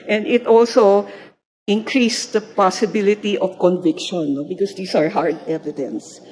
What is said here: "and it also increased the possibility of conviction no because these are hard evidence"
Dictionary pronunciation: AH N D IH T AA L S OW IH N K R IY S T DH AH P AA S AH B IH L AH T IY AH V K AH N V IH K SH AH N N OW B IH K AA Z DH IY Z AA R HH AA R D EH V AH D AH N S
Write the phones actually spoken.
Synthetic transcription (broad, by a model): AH N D IH T AA L S OW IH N K R IY S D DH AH P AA S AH B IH L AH T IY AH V K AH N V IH K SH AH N N OW B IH K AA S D IY S AA R HH AA R D EH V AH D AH N S